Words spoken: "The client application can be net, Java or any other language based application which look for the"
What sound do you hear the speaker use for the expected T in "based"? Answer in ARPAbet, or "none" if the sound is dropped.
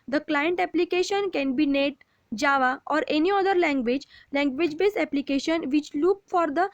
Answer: none